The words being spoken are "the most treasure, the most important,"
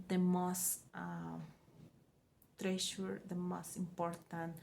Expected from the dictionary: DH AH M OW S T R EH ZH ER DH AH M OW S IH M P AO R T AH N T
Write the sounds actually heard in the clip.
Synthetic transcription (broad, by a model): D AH M OW S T R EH SH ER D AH M OW S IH M P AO R T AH N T